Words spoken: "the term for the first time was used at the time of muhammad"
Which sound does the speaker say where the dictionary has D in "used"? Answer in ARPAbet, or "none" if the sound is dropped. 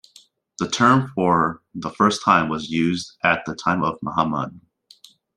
D